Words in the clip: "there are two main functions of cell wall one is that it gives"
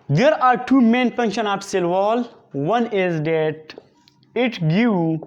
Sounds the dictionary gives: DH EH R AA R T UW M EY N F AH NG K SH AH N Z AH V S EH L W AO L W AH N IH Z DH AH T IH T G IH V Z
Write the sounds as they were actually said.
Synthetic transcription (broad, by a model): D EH R AA R T UW M EY N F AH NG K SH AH N AH P S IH L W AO L W AH N IH Z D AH T IH T G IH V